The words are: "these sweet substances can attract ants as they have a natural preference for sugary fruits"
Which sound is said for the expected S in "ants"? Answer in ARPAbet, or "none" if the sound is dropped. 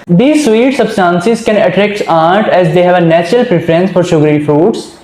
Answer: none